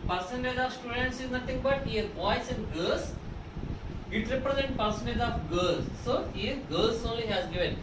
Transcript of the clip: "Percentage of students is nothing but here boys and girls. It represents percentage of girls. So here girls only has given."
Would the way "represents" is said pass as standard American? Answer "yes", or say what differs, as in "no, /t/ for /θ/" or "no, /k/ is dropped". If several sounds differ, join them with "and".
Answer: no, /s/ is dropped